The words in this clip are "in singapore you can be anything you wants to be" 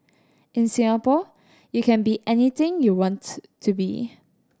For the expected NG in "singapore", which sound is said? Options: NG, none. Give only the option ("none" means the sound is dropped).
none